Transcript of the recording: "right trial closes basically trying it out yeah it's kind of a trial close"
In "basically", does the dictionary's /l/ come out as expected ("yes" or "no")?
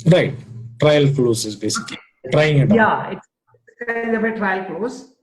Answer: no